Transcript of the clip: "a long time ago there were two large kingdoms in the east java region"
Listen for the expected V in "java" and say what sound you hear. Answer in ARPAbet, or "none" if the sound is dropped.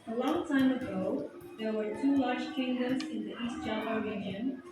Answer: none